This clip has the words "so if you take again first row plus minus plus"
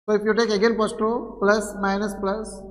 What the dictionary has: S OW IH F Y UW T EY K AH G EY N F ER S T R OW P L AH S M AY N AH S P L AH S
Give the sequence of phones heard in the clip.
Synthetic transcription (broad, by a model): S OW IH F Y UW T EY K AH G EY N P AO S T R OW P L AH S M AY N AH S P L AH S